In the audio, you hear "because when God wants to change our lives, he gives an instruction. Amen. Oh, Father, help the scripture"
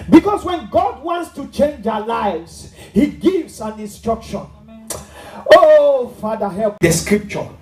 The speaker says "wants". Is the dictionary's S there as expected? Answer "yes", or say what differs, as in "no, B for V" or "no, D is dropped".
yes